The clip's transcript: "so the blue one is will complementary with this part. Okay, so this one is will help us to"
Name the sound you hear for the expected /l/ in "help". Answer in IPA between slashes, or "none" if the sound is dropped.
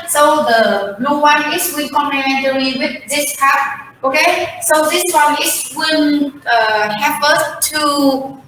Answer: none